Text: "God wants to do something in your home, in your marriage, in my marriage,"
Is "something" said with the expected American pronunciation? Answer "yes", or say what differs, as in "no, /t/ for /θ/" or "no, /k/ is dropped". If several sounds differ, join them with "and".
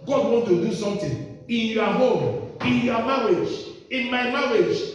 no, /t/ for /θ/